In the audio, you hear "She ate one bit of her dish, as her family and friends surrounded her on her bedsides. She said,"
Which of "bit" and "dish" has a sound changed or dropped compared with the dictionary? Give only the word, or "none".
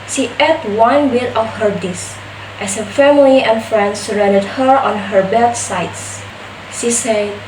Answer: dish